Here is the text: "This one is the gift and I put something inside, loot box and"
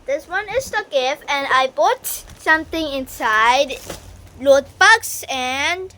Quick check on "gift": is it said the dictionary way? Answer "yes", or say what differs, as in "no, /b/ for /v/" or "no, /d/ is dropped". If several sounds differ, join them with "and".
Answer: no, /t/ is dropped